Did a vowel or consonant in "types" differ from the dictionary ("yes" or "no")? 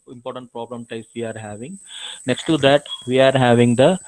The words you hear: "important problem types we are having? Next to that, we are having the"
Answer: yes